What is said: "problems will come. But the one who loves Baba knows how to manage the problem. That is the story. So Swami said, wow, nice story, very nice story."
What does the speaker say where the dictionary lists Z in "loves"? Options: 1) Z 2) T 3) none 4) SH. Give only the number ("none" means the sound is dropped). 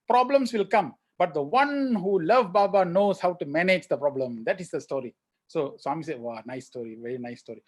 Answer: 3